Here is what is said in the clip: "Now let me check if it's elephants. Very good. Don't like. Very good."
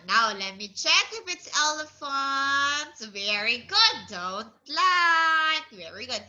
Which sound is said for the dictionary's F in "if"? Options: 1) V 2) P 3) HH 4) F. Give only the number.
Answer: 2